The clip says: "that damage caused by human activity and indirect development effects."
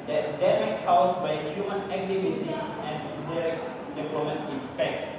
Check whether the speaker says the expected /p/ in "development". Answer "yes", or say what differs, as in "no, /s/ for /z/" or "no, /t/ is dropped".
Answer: no, /p/ is dropped